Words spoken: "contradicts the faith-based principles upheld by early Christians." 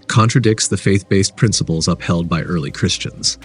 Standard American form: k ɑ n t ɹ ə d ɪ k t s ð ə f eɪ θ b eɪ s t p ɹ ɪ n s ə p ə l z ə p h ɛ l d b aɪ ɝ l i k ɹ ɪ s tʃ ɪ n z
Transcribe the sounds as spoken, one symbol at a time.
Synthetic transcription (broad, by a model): k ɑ n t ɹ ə d ɪ k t s ð ə f eɪ θ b eɪ s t p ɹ ɪ n s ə p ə l z ə p h ɛ l d b aɪ ɝ l i k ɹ ɪ s tʃ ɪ n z